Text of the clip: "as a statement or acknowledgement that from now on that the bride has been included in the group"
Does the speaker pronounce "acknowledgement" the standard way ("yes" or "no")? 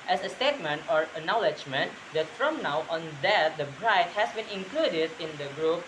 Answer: no